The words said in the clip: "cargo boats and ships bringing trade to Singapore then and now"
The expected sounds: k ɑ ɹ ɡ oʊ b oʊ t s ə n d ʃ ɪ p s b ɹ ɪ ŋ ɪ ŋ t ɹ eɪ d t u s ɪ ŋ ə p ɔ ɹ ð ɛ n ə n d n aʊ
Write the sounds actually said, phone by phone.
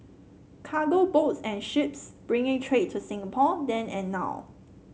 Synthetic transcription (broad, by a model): k ɑ ɡ oʊ b oʊ t s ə n ʃ ɪ p s b ɹ ɪ ŋ ɪ ŋ t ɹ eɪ t u s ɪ ŋ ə p ɔ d ɛ n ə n n aʊ